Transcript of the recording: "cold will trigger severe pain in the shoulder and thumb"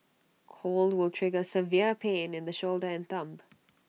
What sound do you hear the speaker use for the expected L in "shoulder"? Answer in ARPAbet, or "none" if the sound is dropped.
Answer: L